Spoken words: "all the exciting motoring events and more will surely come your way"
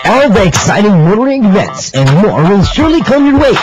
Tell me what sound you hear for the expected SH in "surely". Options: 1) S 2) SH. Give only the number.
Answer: 2